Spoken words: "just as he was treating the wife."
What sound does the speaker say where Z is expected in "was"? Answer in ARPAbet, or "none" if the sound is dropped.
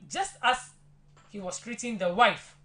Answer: S